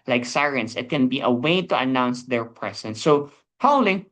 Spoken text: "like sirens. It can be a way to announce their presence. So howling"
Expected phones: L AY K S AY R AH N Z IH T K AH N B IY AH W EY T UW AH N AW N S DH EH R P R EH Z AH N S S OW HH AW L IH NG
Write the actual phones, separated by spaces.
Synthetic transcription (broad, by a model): L AY K S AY R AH N S IH T K AH N B IY AH W EY T UW AH N AW N S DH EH R P R EH S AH N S S OW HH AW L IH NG